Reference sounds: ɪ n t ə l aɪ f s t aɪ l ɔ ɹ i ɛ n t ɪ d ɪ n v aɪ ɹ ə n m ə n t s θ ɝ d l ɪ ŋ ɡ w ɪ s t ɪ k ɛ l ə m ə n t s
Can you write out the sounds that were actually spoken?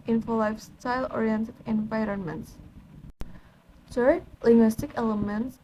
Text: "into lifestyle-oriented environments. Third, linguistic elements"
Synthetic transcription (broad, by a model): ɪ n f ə l aɪ f s t aɪ l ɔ ɹ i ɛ n t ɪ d ɪ n v aɪ ɹ ə n m ə n t s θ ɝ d l ɪ ŋ ɡ w ɪ s t ɪ k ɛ l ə m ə n t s